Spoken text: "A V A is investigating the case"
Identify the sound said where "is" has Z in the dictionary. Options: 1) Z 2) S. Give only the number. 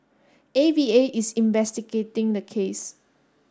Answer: 2